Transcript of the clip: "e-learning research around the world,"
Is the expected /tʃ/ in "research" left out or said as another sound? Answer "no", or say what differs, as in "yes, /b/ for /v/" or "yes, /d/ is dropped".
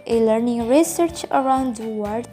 no